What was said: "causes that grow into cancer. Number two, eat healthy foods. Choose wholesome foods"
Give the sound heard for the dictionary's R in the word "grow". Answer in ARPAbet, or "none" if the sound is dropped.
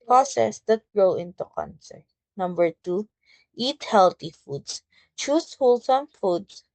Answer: R